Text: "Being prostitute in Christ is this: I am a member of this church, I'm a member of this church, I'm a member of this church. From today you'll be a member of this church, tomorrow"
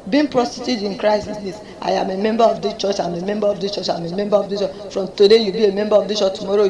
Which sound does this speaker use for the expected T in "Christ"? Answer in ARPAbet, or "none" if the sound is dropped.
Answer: none